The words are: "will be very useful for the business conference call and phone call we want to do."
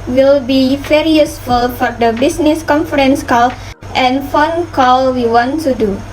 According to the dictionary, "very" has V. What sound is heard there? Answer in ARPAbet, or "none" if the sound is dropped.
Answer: F